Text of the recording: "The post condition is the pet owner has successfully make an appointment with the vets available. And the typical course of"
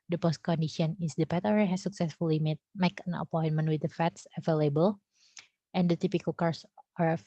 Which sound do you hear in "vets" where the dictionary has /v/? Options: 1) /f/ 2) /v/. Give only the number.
1